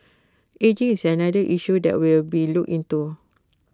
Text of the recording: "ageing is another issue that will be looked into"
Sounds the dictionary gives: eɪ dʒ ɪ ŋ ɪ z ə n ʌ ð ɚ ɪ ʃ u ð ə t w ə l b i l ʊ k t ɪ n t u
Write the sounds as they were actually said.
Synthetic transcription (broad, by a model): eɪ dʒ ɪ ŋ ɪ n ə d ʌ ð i ʃ u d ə t w ə l b i l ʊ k ɪ n t u